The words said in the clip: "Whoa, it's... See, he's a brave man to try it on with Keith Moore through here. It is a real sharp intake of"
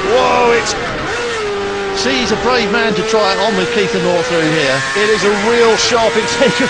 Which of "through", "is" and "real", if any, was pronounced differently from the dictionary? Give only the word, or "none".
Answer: none